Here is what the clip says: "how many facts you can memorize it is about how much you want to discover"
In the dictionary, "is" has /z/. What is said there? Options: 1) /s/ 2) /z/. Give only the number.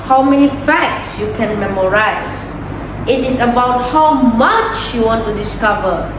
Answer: 1